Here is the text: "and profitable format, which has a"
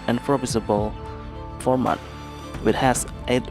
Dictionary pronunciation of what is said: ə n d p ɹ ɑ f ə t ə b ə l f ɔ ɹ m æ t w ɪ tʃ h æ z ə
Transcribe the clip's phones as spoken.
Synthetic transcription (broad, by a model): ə n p ɹ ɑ p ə s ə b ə l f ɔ ɹ m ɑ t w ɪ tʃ h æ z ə